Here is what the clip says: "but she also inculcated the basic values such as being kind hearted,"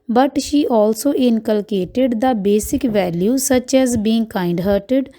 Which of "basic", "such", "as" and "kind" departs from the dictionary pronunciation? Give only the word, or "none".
none